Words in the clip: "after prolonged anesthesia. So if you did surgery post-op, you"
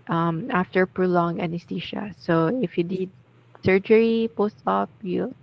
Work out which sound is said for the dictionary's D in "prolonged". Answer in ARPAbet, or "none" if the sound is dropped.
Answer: none